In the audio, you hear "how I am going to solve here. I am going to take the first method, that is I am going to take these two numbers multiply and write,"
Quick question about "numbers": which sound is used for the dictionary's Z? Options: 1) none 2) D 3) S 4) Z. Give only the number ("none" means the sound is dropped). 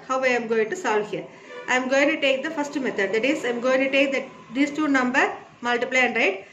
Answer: 1